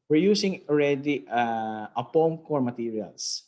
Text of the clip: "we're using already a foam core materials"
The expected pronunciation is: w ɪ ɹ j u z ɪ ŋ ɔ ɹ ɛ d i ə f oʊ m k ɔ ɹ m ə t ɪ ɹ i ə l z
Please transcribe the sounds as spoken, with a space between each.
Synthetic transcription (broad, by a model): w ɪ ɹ j u s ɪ ŋ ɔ ɹ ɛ d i ə p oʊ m k ɔ ɹ m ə t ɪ ɹ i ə l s